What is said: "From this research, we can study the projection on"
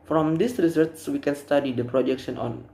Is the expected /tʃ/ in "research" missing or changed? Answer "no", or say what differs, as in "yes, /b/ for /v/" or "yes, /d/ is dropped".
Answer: yes, /s/ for /tʃ/